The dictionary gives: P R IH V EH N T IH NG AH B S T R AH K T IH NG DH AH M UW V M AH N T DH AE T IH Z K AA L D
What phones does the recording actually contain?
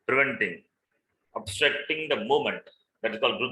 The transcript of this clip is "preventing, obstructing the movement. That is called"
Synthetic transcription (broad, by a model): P R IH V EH N T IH NG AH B S T R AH K T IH NG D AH M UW M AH N T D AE T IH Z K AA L D